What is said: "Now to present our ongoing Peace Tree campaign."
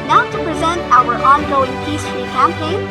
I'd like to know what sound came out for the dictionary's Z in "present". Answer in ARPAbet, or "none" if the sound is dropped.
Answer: Z